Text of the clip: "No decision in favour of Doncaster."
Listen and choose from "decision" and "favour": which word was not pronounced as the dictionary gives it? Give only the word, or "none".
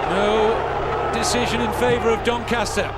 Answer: none